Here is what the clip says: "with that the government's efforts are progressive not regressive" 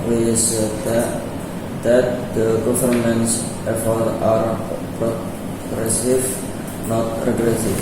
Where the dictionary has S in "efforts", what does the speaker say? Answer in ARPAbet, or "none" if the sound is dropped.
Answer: none